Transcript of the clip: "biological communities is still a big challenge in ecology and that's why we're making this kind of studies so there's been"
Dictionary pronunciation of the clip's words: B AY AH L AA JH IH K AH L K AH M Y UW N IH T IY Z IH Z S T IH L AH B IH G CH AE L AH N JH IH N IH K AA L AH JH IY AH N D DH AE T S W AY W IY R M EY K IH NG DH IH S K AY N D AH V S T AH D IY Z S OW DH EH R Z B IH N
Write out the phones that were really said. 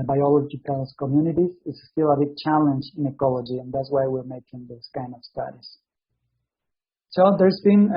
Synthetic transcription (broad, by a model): B AY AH L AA JH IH K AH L K AH M Y UW N IH T IY Z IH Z S T IH L AH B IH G CH AE L AH N JH IH N IH K AA L AH JH IY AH N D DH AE T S W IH W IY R M EY K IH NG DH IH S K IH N AH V S T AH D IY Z S OW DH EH R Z B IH N